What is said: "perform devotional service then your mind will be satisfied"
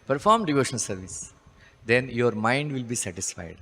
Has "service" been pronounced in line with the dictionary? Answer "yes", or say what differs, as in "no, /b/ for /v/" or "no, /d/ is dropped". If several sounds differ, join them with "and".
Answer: yes